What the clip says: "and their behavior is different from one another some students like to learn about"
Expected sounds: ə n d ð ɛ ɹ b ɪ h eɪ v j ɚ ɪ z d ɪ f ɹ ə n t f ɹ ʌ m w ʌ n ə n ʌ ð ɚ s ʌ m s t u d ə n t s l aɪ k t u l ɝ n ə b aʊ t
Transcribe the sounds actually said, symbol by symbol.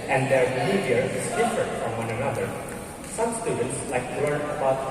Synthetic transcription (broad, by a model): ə n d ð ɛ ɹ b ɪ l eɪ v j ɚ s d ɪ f ə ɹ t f ɹ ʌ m w ʌ n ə n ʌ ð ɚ s ʌ m s t u d ə n t s l aɪ k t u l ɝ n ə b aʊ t